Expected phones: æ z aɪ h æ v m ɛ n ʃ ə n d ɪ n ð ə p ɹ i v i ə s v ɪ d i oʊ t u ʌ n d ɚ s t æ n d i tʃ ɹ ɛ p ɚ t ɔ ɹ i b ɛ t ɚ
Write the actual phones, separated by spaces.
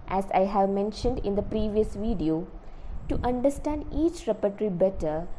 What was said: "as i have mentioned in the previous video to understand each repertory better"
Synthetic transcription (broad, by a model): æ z aɪ h æ v m ɛ n ʃ ə n d ɪ n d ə p ɹ i v i ə s v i d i oʊ t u ʌ n d ɚ s t æ n d i tʃ ɹ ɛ p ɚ t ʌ ɹ i b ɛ t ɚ